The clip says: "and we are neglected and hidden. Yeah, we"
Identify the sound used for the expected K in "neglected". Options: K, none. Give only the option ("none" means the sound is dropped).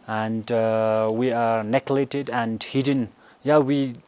none